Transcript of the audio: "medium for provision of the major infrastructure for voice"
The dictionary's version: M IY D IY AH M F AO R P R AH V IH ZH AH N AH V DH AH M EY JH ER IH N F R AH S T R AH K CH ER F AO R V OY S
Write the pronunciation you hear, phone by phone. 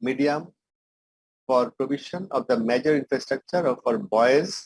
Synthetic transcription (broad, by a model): M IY D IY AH M F AO R P R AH B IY SH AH N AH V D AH M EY JH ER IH N F R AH S T R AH K CH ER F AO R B OY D